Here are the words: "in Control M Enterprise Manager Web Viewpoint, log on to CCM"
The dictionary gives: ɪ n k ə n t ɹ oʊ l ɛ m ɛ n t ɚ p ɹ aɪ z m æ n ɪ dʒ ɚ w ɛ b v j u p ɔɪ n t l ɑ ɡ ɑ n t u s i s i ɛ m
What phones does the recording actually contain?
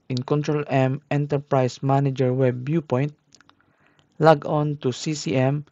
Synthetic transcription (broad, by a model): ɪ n k ə n t ɹ oʊ l ɛ m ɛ n t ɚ p ɹ aɪ s m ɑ n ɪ dʒ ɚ w ɛ b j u p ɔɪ n t l ɑ ɡ ɑ n t u s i s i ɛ m